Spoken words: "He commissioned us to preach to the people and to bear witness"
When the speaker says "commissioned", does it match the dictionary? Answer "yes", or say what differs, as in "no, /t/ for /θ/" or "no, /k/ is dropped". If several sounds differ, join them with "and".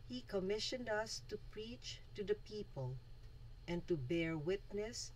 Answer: yes